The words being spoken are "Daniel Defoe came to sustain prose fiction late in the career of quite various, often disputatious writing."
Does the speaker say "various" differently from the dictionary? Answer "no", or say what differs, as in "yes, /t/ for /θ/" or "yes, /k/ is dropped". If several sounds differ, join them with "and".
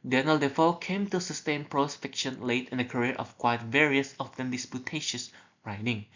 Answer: no